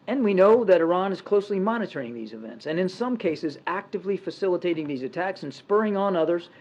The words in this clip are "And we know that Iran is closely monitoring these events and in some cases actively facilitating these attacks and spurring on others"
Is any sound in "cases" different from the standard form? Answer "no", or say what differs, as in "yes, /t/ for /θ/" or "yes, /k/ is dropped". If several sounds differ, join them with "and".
no